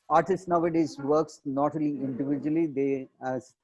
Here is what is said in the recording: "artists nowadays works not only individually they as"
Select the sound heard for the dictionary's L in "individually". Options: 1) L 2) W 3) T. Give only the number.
1